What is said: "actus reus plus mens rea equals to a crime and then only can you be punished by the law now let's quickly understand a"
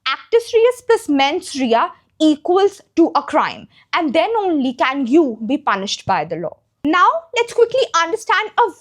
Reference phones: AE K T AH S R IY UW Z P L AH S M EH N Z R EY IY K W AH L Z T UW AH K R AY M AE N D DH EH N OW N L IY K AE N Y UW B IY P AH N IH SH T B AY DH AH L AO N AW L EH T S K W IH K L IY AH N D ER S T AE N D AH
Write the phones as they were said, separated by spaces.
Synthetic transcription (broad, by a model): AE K T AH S R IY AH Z P L AH S M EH N S R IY IY K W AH L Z T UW AH K R AY M AE N D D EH N OW N L IY K AE N Y UW B IY P AH N IH SH T B AY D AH L AO N AW L EH T S K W IH K L IY AH N D ER S T AE N D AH